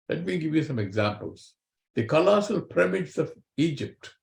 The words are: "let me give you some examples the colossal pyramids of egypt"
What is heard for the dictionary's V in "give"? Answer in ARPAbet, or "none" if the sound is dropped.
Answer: V